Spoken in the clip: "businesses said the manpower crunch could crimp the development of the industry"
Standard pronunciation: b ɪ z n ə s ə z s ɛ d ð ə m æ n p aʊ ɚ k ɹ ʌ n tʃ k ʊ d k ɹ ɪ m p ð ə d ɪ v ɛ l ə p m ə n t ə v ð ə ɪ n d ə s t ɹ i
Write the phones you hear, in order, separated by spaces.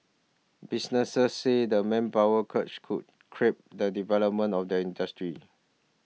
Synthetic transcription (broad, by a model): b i s n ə s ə s ɛ d ə m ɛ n p aʊ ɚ k ʌ tʃ k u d k ɹ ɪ p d ə d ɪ v ɛ l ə p m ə n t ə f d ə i n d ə s t ɹ i